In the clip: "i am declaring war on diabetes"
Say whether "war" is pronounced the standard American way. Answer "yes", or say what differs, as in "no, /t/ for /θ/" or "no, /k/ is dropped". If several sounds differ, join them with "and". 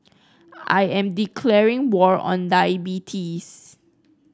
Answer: yes